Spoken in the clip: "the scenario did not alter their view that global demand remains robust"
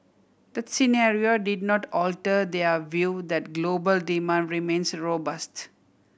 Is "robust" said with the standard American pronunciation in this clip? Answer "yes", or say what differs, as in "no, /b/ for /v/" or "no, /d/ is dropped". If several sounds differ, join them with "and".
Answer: yes